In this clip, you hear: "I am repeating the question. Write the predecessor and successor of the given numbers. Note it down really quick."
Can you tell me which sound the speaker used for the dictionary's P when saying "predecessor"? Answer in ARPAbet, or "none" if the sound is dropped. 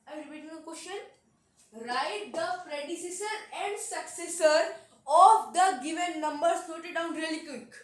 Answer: F